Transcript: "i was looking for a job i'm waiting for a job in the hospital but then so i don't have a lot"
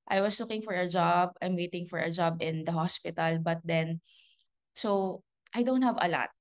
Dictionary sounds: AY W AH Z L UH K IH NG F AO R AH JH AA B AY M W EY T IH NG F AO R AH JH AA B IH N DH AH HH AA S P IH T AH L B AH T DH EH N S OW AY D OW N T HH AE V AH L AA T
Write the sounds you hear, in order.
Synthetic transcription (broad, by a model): AY W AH S L UH K IH NG F AO R AH JH AA B AY M W EY T IH NG F AO R AH JH AA B IH N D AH HH AA S P IH T AH L B AH T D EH N S OW AY D OW N T HH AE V AH L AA T